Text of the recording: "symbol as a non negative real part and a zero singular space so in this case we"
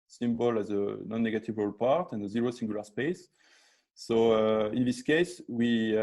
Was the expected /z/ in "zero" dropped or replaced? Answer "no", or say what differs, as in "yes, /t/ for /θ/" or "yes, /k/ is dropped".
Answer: no